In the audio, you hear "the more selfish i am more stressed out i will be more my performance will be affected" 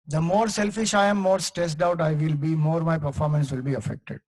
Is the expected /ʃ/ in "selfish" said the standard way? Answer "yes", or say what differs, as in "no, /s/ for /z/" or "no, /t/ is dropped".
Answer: yes